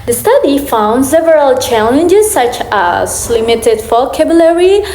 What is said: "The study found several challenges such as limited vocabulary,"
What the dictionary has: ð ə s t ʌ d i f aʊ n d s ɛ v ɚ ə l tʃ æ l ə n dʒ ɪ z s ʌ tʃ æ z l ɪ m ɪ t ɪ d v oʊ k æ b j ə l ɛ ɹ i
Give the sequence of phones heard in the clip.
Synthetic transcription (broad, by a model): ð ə s t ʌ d i f aʊ n d s ɛ v ɚ ə l tʃ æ l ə n dʒ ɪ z s ʌ tʃ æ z l ɪ m ɪ t ɪ d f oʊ k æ b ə l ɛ ɹ i